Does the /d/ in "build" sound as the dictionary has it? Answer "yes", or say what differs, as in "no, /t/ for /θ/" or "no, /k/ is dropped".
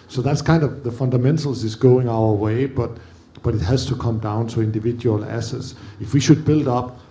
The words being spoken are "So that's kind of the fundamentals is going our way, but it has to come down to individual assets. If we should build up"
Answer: yes